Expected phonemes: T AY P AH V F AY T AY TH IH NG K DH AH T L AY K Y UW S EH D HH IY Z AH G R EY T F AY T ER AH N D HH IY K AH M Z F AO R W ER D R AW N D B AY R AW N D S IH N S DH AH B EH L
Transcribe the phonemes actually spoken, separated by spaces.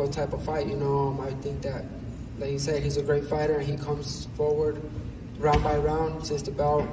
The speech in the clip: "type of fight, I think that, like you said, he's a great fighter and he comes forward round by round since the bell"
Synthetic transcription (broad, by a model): T AY P AH V F AY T AY TH IH NG K DH AH T L AY K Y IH S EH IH HH IY Z AH G R EY T F AY T ER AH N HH IY K AH M Z F AO R W ER D R AW N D B AY R AW N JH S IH S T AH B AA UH